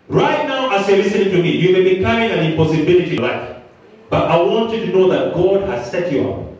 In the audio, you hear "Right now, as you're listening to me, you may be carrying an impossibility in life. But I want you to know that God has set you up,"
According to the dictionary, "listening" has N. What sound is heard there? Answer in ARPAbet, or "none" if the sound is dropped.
none